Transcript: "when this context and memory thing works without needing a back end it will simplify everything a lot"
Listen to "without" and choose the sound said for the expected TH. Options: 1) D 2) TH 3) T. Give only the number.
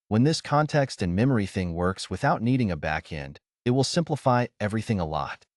2